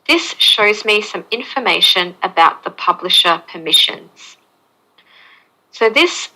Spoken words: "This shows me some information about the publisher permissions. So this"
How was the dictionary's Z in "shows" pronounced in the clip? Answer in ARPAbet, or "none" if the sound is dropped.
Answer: Z